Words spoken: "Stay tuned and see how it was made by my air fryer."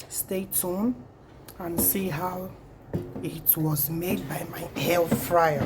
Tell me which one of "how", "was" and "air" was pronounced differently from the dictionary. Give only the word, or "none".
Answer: air